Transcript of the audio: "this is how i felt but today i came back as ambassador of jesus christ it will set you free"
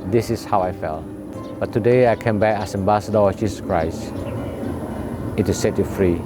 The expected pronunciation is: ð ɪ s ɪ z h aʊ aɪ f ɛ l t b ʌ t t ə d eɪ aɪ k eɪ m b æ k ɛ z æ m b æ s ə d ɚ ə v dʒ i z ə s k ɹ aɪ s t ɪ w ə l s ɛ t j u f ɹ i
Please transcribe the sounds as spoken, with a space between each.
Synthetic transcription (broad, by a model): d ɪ s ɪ s h aʊ aɪ f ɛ l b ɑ t t ə d eɪ aɪ k eɪ m b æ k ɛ s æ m b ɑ s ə d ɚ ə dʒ i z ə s k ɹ aɪ s ɪ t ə s ɛ t j u f ɹ i